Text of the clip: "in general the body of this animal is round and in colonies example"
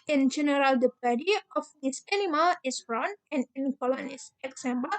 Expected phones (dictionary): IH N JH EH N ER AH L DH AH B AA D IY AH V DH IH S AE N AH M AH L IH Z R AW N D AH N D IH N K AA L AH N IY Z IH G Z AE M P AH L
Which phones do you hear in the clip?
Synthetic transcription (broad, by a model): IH N JH EH N ER AH L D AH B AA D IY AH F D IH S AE N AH M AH L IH S R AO N AH N IH N K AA L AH N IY S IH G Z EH M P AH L